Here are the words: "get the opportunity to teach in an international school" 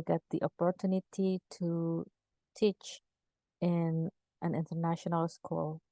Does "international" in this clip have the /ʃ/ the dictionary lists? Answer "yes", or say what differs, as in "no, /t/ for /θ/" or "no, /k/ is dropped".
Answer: yes